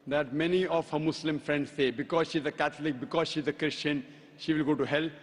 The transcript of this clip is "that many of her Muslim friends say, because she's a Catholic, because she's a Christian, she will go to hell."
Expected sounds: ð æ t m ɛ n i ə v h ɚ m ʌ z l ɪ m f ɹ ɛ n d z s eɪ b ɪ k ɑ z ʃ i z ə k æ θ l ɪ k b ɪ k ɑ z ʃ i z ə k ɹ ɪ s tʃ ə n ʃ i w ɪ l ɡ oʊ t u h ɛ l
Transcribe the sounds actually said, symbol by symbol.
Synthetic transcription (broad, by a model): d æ t m ɛ n i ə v h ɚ m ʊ s l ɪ m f ɹ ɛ n d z s eɪ b ɪ k ɑ z ʃ i z ə k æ t l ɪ k b ɪ k ɑ z ʃ i z ə k ɹ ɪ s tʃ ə n ʃ i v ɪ l ɡ oʊ t u h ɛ l